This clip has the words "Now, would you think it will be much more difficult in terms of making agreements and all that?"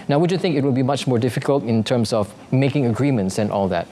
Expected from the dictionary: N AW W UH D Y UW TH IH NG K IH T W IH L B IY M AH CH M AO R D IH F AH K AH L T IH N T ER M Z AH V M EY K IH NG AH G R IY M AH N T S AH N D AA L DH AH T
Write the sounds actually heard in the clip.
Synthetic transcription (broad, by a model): N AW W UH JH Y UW TH IH NG K IH T W IH L B IY M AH CH M AO R D IH F AH K AH L T IH N T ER M S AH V M EY K IH NG AH G R IY M AH N T S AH N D AA L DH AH T